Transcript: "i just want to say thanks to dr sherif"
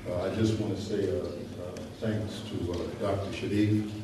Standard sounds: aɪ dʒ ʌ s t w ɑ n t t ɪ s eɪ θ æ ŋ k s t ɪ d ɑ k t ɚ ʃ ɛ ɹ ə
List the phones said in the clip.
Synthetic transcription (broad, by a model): aɪ dʒ ʌ s t w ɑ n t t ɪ s eɪ θ æ ŋ k s t ɪ d ɑ k t ɚ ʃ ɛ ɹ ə